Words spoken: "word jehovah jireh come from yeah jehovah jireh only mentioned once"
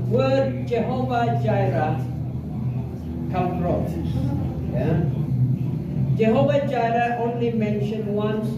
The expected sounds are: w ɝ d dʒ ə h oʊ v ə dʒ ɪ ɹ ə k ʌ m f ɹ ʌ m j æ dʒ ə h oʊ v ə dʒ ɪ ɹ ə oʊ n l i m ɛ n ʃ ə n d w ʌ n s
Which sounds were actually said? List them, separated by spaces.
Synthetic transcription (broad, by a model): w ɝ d dʒ ə h oʊ v ə dʒ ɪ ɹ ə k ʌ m p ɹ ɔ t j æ dʒ ə h oʊ v ə dʒ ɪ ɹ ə oʊ n l i m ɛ n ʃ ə n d w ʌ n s